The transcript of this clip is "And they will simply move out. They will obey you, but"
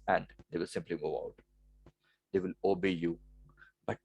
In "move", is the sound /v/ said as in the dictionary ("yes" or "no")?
no